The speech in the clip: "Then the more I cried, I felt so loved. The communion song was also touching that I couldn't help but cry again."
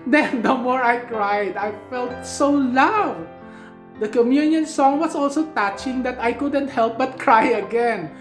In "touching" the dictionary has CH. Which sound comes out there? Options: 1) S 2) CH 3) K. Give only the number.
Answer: 2